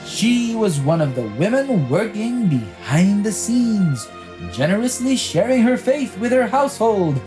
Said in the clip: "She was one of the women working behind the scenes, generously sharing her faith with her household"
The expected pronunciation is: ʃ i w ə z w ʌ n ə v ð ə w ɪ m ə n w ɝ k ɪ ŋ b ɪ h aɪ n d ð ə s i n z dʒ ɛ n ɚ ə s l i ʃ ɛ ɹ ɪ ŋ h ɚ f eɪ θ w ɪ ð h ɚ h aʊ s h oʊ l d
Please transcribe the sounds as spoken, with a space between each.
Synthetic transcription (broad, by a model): ʃ i w ə z w ʌ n ə v ð ə w ɪ m ə n w ɝ k ɪ ŋ b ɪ h aɪ n ð ə s i n z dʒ ɛ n ɚ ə s l i ʃ ɛ ɹ ɪ ŋ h ɚ f eɪ θ w ɪ ð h ɚ h aʊ s h oʊ l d